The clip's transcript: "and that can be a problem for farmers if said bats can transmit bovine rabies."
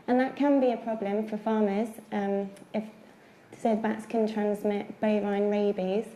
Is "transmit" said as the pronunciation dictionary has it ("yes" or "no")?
yes